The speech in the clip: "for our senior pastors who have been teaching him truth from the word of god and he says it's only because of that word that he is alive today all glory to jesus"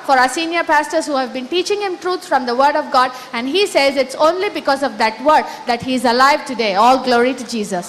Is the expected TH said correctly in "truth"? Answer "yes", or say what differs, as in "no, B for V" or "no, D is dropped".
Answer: no, S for TH